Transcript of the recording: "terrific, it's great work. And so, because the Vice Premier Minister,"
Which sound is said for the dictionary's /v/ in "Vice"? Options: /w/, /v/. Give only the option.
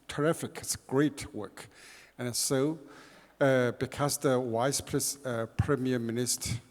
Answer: /w/